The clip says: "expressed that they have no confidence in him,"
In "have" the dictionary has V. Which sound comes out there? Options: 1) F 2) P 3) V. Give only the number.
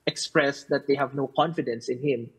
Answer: 3